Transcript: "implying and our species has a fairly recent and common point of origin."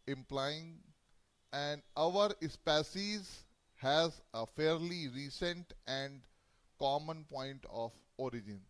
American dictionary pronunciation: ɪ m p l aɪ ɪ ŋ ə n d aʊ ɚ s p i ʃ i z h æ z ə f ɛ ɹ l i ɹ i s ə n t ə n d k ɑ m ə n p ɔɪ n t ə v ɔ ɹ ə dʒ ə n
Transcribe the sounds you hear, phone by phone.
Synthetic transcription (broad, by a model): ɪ m p l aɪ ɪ ŋ ə n d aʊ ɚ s p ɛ s i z h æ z ə f ɛ ɹ l i ɹ i s ə n t ə n d k ɑ m ə n p ɔɪ n t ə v ɔ ɹ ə dʒ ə n